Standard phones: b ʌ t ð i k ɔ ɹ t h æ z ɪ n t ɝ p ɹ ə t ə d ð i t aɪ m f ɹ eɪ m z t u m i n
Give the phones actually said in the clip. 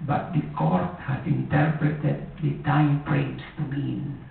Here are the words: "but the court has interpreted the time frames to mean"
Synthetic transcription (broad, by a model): b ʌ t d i k ɔ ɹ t h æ s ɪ n t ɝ p ɹ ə t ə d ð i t aɪ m p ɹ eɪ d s t u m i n